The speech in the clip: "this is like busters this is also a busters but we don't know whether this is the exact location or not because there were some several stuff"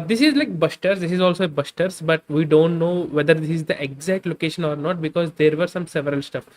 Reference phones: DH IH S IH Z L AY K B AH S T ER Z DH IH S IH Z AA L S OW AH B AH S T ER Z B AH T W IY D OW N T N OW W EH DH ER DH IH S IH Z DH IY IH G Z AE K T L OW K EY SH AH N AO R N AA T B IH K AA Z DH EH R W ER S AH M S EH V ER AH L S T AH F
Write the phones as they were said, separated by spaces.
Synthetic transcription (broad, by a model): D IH S IH Z L AY K B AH S T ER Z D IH S IH Z AA L S OW AH B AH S T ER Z B AH T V IY D OW N T N OW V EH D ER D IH S IH Z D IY IH G Z AE K T L OW K EY SH AH N AO R N AA T B IH K AA Z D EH R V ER S AH M S EH V ER AH L S T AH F